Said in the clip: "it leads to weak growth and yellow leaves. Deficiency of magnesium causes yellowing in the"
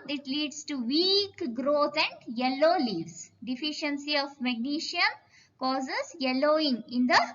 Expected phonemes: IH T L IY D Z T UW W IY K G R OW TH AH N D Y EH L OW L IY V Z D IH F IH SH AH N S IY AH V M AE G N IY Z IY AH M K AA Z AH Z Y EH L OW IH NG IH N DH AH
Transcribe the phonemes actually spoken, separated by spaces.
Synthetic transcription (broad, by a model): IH T L IY D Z T UW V IY K G R OW T AH N D Y EH L OW L IY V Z D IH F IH SH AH N S IY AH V M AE G N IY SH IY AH M K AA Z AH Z Y EH L OW IH NG IH N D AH